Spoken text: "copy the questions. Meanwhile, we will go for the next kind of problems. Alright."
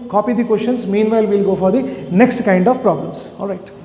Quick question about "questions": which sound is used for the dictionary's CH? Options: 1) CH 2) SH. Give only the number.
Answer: 2